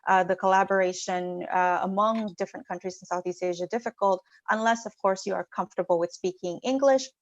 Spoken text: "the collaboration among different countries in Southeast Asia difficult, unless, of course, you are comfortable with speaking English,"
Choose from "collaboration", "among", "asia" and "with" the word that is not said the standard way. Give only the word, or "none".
none